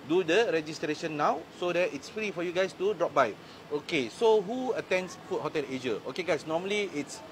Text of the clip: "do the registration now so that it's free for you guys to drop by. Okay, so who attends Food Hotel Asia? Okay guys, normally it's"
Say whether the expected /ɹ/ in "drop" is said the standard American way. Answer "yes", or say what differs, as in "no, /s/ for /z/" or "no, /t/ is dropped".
yes